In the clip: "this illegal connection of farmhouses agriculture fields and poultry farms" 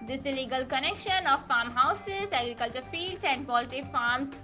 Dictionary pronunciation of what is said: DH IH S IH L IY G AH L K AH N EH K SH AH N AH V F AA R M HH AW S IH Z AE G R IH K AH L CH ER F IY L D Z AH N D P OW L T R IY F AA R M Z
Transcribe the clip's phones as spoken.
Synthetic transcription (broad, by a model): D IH S IH L IY G AH L K AH N EH K SH AH N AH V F AA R M HH AW S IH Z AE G R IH K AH L CH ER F IY L D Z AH N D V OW L T IY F AA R M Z